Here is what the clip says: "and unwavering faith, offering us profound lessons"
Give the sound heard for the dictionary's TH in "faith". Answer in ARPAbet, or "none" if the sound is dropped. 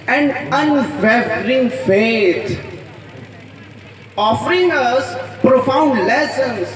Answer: T